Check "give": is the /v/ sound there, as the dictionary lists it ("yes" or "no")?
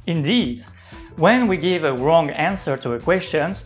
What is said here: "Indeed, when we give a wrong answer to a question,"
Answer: yes